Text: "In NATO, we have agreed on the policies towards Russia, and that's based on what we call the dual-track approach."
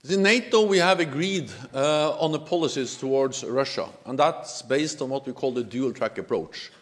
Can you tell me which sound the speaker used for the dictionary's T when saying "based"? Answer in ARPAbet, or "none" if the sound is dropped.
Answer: T